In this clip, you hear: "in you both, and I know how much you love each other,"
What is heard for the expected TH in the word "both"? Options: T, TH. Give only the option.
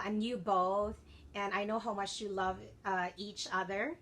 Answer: TH